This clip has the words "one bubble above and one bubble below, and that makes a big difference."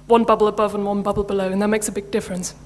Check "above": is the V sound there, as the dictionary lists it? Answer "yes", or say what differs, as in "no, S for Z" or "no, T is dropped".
yes